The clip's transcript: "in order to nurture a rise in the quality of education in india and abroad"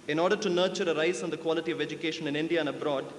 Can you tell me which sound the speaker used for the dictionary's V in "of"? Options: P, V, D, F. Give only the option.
V